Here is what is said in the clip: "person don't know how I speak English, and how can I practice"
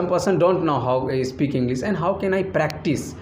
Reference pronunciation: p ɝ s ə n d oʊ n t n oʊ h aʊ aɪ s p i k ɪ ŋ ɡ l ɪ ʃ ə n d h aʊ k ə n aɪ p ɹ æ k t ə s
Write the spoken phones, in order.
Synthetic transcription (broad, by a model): p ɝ s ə n d oʊ n t n oʊ h aʊ s p i k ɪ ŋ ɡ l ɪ s ə n d h aʊ k ə n aɪ p ɹ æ k t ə s